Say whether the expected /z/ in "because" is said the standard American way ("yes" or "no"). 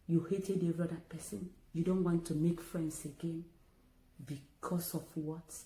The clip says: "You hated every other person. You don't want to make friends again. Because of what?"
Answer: no